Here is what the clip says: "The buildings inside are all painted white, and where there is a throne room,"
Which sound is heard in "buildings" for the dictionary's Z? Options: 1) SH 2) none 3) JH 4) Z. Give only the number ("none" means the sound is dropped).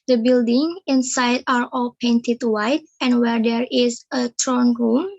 2